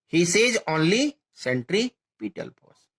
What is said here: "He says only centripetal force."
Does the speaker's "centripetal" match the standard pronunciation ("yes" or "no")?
yes